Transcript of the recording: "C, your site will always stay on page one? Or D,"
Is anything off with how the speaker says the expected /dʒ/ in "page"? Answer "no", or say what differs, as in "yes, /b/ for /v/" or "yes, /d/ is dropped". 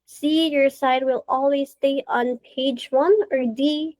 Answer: no